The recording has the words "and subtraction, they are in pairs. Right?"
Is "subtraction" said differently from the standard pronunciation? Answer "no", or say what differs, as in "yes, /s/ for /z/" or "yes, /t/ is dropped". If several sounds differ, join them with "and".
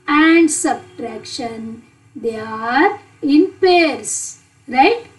no